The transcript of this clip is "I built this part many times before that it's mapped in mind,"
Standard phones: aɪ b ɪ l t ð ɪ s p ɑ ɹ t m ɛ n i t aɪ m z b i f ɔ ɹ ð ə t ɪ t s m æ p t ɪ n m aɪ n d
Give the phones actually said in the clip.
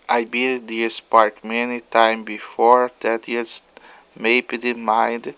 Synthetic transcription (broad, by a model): aɪ b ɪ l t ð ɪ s p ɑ ɹ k m ɛ n i t aɪ m b i f ɔ ɹ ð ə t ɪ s m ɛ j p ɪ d m aɪ n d